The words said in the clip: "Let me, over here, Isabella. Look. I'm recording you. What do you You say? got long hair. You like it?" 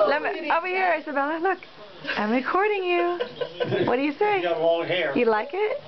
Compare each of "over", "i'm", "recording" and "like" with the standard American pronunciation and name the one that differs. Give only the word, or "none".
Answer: over